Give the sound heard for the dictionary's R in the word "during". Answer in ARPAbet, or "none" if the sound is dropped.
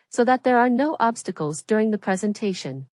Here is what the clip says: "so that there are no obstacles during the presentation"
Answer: R